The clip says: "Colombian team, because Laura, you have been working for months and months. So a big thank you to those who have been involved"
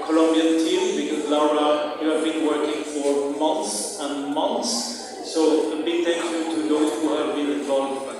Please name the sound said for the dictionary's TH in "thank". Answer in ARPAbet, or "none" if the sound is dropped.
T